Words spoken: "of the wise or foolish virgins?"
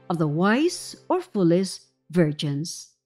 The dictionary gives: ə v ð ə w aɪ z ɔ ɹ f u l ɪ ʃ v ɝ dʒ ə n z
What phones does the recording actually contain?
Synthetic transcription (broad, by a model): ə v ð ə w aɪ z ɔ ɹ f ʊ l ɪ s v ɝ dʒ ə n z